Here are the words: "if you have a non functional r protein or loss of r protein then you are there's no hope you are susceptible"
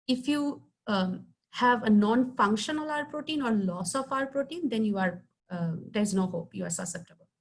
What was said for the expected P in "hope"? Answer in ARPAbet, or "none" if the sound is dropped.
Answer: P